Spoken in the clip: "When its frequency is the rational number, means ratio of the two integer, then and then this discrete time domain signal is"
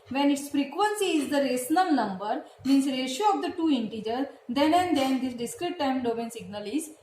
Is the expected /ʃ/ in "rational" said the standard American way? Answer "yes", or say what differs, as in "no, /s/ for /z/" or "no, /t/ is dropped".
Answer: no, /s/ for /ʃ/